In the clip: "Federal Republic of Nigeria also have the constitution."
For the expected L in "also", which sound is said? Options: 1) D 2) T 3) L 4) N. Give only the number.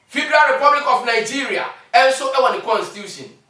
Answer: 4